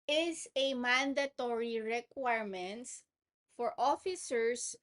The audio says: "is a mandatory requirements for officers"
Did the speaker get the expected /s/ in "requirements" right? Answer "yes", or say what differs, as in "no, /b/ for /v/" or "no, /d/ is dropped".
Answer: no, /s/ is dropped